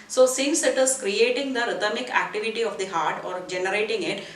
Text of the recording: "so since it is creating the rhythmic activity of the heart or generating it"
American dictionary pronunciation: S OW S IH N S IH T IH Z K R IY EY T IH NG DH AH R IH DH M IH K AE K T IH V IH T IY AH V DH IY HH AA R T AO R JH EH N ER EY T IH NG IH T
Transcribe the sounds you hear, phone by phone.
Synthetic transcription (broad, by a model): S OW S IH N S IH T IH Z K R IY EY T IH NG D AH R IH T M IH K AE K T IH V IH T IY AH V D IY HH AA R T AO R JH EH N ER EY T IH NG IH T